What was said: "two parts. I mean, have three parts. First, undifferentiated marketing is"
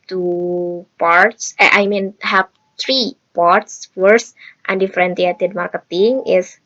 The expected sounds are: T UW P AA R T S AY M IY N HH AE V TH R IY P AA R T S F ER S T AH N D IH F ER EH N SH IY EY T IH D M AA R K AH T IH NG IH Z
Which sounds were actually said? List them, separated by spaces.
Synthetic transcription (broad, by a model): T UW P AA R T S AY M IY N HH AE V T R IY P AA R T S F ER S T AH N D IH F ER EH N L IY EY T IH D M AA R K AH T IH NG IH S